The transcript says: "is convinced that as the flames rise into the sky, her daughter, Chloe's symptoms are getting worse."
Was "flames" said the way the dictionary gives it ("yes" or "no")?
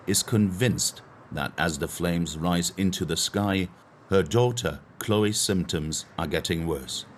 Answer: yes